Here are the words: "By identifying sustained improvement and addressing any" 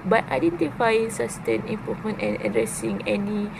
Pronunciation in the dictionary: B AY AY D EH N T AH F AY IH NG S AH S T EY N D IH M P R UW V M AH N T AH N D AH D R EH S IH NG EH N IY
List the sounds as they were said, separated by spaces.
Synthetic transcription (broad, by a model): B AY AY D EH N T AH F AY IH NG S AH S T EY N IH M P AO M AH N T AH N AH D R EH S IH NG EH N IY